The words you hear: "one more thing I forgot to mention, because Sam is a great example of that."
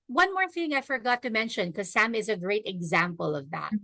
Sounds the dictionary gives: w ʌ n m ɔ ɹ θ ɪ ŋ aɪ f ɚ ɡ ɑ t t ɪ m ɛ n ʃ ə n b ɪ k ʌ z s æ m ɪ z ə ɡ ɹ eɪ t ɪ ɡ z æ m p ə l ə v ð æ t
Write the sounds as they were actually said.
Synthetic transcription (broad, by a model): w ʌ n m ɔ ɹ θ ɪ ŋ aɪ f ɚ ɡ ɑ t t ɪ m ɛ n ʃ ə n k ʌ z s æ m ɪ z ə ɡ ɹ eɪ t ɪ ɡ z æ m p ə l ə v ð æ t